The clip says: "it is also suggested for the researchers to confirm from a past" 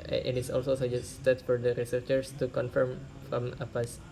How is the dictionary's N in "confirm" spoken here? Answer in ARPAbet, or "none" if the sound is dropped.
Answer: N